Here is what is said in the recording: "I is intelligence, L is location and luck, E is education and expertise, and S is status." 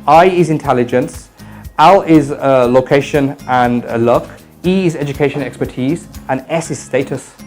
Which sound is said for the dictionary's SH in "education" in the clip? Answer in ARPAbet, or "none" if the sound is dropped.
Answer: none